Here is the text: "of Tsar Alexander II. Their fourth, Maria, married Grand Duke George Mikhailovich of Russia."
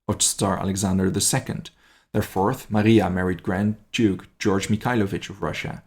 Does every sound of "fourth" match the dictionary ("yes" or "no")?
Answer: yes